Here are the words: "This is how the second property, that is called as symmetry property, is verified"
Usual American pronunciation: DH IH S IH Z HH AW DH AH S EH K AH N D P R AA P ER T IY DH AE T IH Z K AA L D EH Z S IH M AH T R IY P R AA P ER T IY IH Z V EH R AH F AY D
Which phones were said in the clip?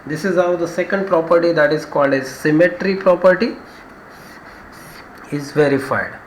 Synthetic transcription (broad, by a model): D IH S IH Z HH AW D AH S EH K AH N D P R AA P ER T IY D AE T IH Z K AA L D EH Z S IH M AH T R IY P R AA P ER T IY IH Z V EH R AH F AY D